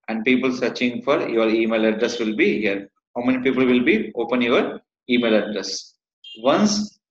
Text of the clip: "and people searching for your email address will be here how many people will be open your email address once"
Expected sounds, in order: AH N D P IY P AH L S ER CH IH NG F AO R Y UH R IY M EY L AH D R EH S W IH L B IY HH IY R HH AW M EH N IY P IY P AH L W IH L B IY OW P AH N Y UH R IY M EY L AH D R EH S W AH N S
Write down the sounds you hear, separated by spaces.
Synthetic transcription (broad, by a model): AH N D P IY P AH L S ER CH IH NG F AO R Y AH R IY M EY L AH D R EH S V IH L B IY HH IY R HH AW M EH N IY P IY P AH L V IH L B IY OW P AH N Y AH R IY M EY L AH D R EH S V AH N S